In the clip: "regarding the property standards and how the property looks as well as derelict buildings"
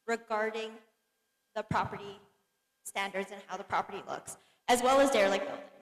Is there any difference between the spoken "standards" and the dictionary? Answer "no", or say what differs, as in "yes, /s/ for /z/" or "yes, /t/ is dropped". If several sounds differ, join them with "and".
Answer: no